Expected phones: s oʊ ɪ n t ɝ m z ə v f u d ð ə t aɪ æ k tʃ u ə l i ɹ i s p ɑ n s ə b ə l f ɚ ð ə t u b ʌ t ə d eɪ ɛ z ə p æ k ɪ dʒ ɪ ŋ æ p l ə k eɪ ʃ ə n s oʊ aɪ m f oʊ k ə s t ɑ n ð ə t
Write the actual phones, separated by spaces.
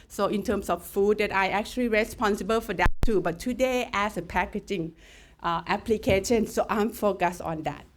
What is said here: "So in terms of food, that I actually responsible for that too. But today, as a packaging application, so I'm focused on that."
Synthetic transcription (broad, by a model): s oʊ ɪ n t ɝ m s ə f f u d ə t aɪ æ k tʃ u ə l i ɹ i s p ɑ n s ə b ə l f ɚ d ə t u b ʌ t ə d eɪ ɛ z ə p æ k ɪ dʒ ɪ ŋ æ p l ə k eɪ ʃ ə n s oʊ aɪ m f oʊ k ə s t ɑ n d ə t